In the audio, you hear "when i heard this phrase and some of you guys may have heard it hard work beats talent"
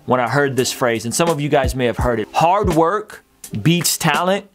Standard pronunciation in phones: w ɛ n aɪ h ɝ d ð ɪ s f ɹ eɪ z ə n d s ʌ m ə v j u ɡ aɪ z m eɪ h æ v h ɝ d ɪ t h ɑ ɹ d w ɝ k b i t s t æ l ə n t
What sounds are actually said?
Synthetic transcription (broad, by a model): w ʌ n aɪ h ɝ d ð ɪ s f ɹ eɪ z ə n s ʌ m ə v j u ɡ aɪ z m eɪ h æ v h ɝ d ɪ t h ɑ ɹ d w ɝ k b i t s t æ l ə n t